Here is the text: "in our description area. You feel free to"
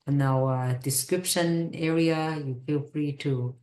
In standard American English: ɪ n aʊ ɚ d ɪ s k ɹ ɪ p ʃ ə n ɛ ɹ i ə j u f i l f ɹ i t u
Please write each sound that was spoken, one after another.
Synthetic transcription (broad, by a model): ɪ n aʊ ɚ d ɪ s k ɹ ɪ p ʃ ə n ɛ ɹ i ə j u f i l f ɹ i t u